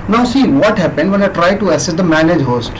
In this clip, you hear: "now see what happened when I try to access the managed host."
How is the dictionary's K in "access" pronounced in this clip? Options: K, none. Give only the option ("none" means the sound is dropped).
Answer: none